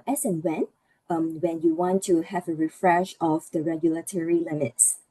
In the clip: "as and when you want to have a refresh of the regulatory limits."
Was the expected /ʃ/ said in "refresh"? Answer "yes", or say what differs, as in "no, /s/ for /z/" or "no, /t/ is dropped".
yes